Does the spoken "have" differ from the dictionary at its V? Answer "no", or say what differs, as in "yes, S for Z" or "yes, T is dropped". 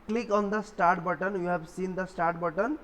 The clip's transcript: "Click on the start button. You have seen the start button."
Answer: yes, B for V